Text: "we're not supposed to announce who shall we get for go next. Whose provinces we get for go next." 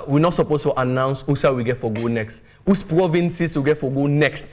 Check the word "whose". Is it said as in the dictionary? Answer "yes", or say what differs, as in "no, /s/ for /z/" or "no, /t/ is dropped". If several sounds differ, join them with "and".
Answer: no, /s/ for /z/